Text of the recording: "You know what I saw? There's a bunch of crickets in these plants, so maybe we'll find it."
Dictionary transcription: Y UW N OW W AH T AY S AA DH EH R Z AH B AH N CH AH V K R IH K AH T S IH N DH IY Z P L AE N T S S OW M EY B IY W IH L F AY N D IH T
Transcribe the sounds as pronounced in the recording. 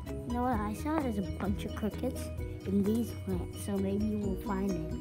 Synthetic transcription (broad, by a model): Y N OW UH AY S AA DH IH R Z AH B AH N CH AH V K R IH K AH T S IH N DH IY Z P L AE T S S OW M EY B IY W IH L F AY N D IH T